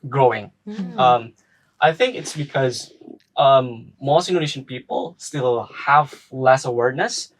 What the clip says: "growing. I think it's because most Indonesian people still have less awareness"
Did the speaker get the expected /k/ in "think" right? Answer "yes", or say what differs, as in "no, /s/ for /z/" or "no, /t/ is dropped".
yes